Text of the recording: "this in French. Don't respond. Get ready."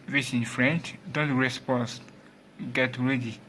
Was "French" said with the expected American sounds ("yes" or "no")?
yes